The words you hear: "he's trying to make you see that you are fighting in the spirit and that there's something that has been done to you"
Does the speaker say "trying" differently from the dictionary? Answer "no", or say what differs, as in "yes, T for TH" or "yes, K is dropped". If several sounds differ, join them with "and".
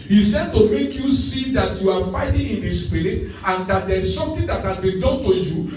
yes, R is dropped